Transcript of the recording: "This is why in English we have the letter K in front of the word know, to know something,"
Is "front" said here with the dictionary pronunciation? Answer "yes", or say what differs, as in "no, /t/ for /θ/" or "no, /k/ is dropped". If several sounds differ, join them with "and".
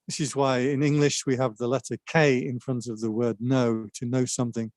yes